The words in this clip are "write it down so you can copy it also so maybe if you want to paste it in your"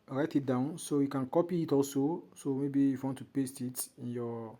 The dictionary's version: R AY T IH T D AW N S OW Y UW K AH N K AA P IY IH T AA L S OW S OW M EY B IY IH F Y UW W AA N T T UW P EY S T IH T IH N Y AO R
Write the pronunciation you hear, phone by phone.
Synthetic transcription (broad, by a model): R AY T IH T D AW N S OW Y UW K AH N K AA P IY IH T AA L S OW S OW M EY B IY IH F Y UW W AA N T T UW P EY S T IH T IH N Y AO